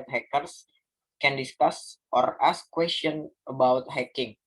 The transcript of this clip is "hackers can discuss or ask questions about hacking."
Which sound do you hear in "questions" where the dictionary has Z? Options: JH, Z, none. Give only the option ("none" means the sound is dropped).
none